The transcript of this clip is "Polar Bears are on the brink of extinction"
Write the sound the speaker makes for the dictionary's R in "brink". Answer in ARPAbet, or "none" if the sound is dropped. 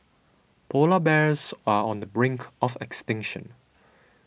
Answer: R